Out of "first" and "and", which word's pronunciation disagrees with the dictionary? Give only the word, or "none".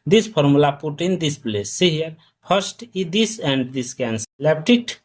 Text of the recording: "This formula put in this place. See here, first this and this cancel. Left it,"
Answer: first